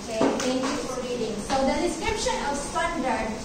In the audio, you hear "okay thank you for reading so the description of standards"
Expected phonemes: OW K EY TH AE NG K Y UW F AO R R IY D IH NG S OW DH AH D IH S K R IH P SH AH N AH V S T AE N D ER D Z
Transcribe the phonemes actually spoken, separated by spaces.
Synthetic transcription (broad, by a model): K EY T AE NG K Y UW F AO R R IY D IH NG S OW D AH D IH S K R IH P SH AH N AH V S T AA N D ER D